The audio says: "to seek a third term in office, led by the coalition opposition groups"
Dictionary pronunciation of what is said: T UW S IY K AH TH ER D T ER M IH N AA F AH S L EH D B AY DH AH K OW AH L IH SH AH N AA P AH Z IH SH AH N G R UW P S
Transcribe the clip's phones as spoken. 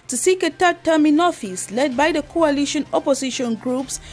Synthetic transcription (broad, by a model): T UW S IY K AH T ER T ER M IH N AA F AH S L EH D B AY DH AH K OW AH L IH SH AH N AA P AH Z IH SH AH N G R UW P S